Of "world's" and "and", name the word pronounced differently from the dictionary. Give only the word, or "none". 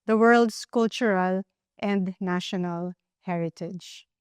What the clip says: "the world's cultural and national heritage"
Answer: world's